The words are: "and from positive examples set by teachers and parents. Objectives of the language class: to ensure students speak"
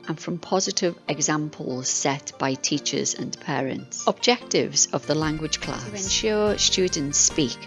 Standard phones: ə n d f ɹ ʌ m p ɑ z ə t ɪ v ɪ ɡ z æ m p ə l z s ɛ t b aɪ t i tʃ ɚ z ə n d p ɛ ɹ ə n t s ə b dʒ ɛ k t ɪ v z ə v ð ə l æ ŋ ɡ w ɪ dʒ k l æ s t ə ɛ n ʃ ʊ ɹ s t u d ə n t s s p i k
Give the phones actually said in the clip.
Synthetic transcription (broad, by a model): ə n f ɹ ʌ m p ɑ z ə t ɪ v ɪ ɡ z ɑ m p ə l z s ɛ t b aɪ t i tʃ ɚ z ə n p ɛ ɹ ə n t s ə b dʒ ɛ k t ɪ v z ə v ð ə l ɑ ŋ ɡ w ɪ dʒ k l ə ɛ n ʃ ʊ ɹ s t u d n t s s p i k